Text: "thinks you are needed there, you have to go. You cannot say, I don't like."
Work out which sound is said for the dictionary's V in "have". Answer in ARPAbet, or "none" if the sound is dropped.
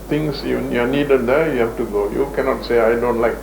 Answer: F